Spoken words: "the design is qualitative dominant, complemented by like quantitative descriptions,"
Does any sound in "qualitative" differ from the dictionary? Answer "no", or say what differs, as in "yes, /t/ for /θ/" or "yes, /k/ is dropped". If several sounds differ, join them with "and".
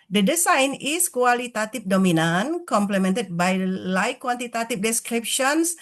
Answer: yes, /f/ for /v/